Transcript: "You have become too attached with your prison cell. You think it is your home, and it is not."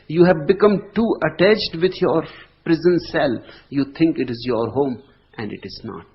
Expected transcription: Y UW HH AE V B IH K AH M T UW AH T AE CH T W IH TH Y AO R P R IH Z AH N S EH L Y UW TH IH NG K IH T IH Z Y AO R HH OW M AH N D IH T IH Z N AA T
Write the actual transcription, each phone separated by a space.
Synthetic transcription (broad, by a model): Y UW HH AE V B IH K AH M T UW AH T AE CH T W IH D Y AO R P R IH Z AH N S EH L Y UW T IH NG K IH T IH Z Y AO R HH OW M AH N D IH T IH Z N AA T